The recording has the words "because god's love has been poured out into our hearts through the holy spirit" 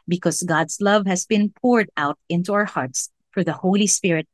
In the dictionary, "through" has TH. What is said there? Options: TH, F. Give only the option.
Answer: F